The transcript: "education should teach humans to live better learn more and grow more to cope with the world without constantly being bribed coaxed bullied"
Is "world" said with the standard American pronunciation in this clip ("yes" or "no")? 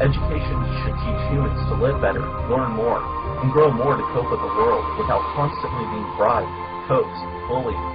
yes